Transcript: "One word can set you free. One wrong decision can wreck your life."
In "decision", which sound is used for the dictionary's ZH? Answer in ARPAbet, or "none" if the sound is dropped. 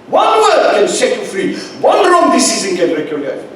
Z